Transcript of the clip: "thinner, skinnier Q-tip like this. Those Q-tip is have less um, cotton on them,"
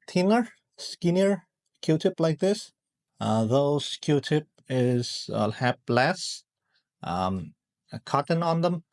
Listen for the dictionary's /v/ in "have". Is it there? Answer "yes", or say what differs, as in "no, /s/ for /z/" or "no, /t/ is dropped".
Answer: no, /p/ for /v/